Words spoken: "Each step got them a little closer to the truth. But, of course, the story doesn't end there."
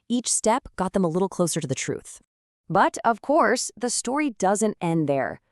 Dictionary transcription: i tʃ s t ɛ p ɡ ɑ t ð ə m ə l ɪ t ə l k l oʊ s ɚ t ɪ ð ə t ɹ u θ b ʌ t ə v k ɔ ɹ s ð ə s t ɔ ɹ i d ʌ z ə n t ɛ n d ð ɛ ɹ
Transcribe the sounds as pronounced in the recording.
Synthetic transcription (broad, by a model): i tʃ s t ɛ p ɡ ɑ t ð ə m ə l ɪ t l k l oʊ s ɚ t ɪ ð ə t ɹ u θ b ʌ t ə v k ɔ ɹ s ð ə s t ɔ ɹ i d ʌ z ə n t ɛ n ð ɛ ɹ